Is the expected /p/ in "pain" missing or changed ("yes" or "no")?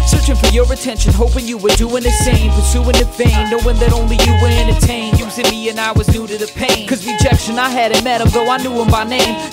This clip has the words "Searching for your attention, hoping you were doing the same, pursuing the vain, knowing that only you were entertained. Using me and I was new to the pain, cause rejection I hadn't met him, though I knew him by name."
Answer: no